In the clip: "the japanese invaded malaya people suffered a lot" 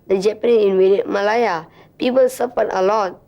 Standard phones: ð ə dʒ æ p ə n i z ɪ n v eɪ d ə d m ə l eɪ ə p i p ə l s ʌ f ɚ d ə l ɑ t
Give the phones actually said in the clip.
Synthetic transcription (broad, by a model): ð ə dʒ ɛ p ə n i ɪ n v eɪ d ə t m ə l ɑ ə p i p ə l s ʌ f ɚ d ə l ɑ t